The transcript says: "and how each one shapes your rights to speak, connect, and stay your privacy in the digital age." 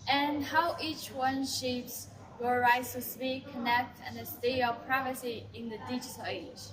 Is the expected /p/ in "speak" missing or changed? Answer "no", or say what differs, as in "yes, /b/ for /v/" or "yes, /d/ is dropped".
yes, /b/ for /p/